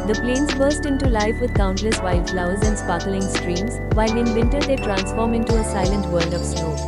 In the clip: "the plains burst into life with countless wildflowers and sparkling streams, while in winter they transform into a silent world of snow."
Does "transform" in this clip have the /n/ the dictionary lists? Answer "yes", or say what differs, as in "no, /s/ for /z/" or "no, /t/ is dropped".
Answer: yes